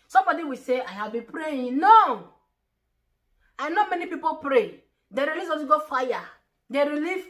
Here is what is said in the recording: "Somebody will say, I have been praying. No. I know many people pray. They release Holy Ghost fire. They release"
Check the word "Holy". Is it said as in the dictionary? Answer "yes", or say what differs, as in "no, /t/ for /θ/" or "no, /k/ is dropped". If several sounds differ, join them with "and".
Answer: no, /n/ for /l/